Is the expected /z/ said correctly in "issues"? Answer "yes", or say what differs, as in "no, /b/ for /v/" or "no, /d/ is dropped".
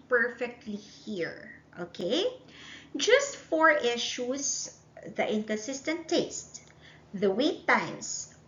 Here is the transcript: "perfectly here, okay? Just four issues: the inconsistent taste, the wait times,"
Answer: no, /s/ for /z/